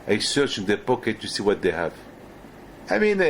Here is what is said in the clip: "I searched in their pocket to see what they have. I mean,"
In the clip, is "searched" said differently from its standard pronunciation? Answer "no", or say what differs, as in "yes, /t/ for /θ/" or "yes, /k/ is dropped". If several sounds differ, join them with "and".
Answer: yes, /t/ is dropped